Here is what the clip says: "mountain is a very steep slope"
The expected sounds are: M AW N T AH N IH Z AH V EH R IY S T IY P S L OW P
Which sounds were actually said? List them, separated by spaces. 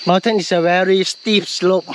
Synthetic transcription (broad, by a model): M AW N T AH N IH S AH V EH R IY S T IY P S L OW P